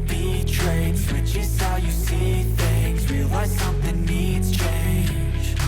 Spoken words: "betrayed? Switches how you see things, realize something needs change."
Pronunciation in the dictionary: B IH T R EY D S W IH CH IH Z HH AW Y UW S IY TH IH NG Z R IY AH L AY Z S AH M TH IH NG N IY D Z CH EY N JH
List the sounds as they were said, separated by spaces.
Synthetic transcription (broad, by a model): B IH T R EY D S W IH CH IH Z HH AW Y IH S IY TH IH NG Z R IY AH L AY S AH M TH IH NG N IY D Z CH EY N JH